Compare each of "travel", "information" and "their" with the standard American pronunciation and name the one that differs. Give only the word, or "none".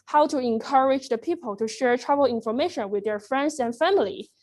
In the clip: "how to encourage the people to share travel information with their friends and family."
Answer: travel